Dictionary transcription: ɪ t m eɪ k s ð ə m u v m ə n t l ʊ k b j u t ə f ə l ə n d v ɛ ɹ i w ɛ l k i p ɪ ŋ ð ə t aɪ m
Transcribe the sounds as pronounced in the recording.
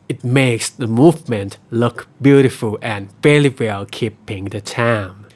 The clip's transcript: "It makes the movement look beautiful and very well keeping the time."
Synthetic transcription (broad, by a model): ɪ t m eɪ k s ð ə m u v m ə n t l ʊ k b j u t ə f ə l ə n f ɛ l i w ɛ l k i p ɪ ŋ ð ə t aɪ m